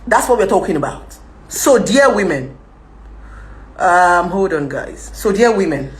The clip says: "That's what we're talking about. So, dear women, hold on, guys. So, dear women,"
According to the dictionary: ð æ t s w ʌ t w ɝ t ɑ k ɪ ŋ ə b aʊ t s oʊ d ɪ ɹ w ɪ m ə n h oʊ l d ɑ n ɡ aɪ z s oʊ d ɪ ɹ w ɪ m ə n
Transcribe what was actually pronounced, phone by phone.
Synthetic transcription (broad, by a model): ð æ t s w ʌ t w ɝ t ɑ k ɪ ŋ ə b aʊ t s oʊ d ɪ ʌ w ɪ m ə n h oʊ d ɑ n ɡ aɪ z s oʊ d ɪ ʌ w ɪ m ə n